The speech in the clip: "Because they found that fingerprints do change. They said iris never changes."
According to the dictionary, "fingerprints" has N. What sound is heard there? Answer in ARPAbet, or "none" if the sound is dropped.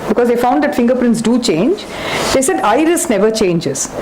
N